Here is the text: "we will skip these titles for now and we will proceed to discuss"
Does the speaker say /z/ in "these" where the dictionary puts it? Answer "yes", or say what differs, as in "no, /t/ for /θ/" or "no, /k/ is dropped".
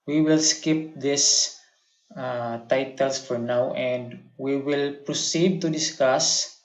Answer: no, /s/ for /z/